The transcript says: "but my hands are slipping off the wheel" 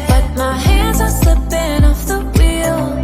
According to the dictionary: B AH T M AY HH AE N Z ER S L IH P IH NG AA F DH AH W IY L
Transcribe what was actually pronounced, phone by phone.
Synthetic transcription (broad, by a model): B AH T M AY HH AE N Z ER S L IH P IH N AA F DH AH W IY L